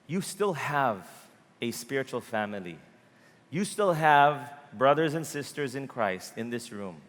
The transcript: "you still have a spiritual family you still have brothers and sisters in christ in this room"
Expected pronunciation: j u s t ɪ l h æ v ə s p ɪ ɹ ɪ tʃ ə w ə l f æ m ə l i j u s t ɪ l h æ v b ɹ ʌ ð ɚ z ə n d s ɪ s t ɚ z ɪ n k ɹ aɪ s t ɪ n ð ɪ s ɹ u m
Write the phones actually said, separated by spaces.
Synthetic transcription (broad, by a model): j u s t ɪ l h æ v ə s p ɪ ɹ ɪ tʃ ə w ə l f æ m ə l i j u s t ɪ l h æ v b ɹ ʌ ð ɚ z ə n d s ɪ s t ɚ z ɪ n k ɹ aɪ s t ɪ n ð ɪ s ɹ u m